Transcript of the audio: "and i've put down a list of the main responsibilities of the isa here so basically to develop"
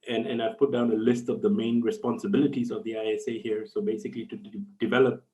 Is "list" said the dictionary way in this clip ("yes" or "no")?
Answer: yes